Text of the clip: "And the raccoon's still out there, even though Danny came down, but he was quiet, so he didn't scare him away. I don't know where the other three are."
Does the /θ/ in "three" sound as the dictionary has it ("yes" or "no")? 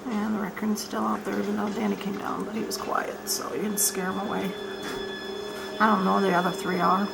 yes